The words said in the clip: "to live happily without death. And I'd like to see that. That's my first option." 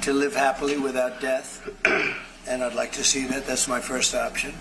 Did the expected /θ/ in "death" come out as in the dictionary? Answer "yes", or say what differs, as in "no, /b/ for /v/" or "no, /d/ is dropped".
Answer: yes